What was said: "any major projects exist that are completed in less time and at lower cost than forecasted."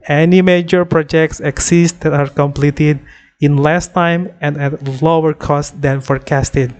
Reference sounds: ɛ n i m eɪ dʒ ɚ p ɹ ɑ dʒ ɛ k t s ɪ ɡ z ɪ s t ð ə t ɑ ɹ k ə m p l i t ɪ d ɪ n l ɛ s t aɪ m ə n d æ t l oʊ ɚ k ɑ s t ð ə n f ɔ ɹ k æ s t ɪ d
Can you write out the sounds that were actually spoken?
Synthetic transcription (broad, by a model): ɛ n i m eɪ dʒ ɚ p ɹ ɑ dʒ ɛ k t s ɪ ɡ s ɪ s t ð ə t ɑ ɹ k ə m p l i t ɪ d ɪ n l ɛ s t aɪ m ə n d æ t l oʊ ɚ k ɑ s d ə n f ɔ ɹ k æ s t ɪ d